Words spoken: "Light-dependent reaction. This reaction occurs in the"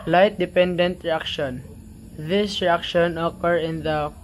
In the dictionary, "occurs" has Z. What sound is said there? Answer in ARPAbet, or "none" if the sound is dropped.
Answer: none